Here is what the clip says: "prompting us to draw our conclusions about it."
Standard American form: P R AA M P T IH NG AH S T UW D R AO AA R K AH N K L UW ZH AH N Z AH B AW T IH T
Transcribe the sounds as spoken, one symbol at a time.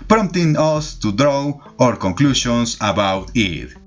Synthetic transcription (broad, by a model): P R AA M T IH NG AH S T UW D R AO AA R K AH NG K L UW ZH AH N S AH B AW T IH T